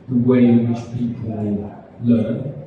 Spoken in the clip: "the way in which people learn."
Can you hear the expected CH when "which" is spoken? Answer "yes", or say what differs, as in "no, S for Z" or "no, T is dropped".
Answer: no, S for CH